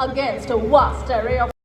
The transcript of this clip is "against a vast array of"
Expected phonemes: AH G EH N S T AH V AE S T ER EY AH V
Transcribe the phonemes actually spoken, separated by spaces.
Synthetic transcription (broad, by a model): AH G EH N S T AH W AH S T ER EY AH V